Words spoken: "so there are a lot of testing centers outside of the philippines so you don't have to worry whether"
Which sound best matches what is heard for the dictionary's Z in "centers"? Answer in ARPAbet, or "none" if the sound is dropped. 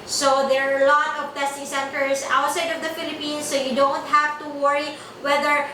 S